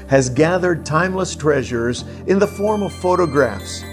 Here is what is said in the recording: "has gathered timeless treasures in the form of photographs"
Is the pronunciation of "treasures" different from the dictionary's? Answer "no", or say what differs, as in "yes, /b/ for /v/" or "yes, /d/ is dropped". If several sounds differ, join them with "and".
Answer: no